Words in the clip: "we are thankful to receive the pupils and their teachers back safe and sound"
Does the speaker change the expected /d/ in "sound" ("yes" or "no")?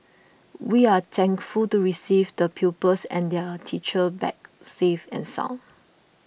yes